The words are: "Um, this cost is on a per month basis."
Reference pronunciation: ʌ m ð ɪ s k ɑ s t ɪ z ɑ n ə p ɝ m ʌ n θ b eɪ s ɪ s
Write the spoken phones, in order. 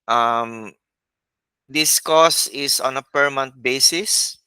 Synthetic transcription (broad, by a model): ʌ m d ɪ s k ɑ s ɪ s ɑ n ə p ɝ m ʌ n t b eɪ s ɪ s